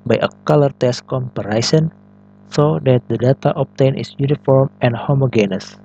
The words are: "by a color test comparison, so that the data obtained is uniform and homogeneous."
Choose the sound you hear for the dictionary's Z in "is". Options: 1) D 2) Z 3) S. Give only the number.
3